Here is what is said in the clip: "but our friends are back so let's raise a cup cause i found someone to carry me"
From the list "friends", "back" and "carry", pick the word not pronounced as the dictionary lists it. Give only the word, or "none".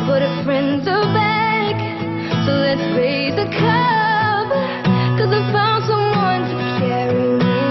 none